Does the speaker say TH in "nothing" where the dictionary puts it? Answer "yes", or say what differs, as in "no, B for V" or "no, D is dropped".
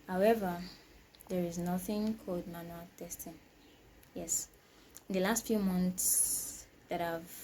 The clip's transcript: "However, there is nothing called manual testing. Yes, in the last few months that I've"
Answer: yes